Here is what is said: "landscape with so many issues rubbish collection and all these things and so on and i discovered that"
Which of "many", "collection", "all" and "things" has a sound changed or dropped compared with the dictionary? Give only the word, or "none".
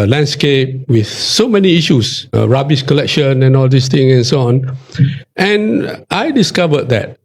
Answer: things